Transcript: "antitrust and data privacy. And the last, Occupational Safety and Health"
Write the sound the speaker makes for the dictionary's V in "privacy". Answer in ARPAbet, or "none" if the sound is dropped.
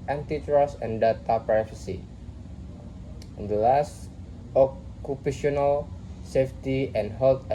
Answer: F